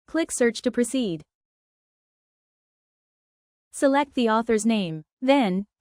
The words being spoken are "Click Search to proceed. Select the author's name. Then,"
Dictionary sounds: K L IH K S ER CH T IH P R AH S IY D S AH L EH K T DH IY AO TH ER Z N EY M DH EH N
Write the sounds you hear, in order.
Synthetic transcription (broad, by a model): K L IH K S ER CH T IH P R AH S IY D S AH L EH K T DH IY AO TH ER Z N EY M DH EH N